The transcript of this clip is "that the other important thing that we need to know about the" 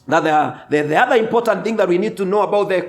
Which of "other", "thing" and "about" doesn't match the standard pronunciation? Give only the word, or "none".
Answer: none